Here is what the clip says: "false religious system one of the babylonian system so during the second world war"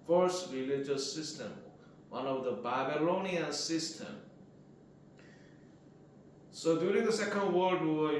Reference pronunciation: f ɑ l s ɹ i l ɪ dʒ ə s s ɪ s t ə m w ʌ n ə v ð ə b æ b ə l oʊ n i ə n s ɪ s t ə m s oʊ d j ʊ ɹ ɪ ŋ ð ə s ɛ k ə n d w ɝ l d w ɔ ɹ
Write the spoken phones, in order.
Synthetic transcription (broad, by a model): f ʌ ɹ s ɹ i l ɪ dʒ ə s s ɪ s t ə m w ʌ n ə v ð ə b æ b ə l oʊ n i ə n s ɪ s t ə m s oʊ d j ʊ ɹ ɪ ŋ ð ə s ɛ k ə n d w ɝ l d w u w